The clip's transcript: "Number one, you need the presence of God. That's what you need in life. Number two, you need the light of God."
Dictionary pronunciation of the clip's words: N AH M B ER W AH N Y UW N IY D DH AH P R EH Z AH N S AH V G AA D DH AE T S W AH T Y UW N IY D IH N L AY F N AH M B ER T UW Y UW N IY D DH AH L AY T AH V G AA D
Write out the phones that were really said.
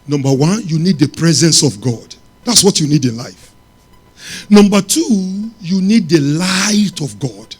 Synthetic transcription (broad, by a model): N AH M B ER W AH N Y UW N IY D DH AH P R EH Z AH N S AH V G AA D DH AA T S W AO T Y UW N IY D IH N L AY F N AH M B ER T UW Y UW N IY D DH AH L AY T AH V G AA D